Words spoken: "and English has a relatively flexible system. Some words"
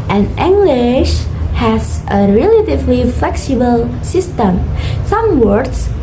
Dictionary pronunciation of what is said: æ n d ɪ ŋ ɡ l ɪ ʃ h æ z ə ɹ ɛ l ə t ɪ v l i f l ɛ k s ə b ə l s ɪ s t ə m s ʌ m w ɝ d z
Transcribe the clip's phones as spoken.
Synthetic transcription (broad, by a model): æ n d ɪ ŋ ɡ l ɪ ʃ h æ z ə ɹ ɛ l ə t ɪ v l i f l ɛ k s ə b ə l s ɪ s t ə m s ʌ m w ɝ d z